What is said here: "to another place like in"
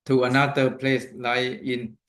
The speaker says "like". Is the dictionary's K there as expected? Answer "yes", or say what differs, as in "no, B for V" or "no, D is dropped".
no, K is dropped